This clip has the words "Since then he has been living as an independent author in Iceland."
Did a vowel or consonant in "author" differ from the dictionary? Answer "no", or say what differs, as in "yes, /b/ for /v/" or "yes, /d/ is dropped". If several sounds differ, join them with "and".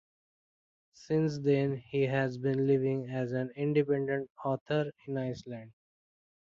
yes, /t/ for /θ/